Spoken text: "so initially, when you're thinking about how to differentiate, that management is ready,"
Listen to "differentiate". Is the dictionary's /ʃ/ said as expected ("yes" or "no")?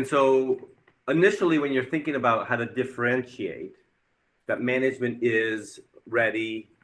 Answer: yes